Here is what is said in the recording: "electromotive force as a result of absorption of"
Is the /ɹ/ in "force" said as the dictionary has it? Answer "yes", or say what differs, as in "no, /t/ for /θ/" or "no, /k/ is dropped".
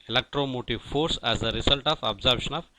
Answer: yes